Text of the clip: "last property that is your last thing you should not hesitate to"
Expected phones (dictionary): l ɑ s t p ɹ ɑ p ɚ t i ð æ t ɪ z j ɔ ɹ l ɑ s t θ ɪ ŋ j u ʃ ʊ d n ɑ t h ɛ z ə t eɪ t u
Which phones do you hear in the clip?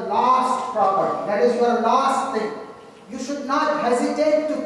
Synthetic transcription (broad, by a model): l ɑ s t p ɹ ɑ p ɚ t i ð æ t ɪ z j ɔ ɹ l ɑ s t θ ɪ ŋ j u ʃ ʊ d n ɑ t h ɛ z ə t eɪ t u